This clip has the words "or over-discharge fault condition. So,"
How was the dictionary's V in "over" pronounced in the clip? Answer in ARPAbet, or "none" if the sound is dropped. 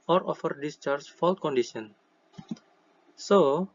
F